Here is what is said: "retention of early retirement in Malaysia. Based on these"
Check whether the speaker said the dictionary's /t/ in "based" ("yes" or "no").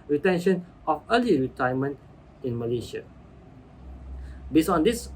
no